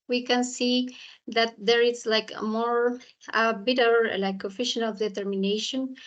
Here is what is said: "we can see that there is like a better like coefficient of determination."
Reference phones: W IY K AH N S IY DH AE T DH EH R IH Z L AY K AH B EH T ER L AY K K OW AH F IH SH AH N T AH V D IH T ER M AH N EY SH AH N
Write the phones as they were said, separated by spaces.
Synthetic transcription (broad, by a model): W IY K AH N S IY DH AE T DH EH R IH S L AY K AH B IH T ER L AY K K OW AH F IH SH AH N AH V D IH T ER M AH N EY SH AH N